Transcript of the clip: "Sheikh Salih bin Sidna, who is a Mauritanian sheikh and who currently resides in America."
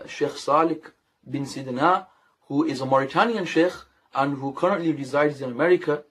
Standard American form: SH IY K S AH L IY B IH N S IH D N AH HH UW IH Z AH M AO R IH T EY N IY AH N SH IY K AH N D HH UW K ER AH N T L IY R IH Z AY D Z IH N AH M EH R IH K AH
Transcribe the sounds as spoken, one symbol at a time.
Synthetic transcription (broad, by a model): SH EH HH S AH L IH B IH N S IH D N AH HH UW IH Z AH M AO R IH T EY N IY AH N SH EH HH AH N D HH UW K ER AH N T L IY R IH Z AY D Z IH N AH M EH R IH K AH